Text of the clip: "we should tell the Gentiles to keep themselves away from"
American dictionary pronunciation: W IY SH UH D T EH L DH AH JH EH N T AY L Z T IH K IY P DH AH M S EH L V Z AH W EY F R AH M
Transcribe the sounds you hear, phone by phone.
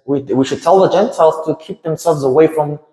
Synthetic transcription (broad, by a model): W IY SH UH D T EH L DH AH JH EH N T AY L Z T IH K IY P DH AH M S EH L V Z AH W EY F R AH M